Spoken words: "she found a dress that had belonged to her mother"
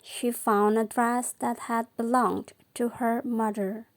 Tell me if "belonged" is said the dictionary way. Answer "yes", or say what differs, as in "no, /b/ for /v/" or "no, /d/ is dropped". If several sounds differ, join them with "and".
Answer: yes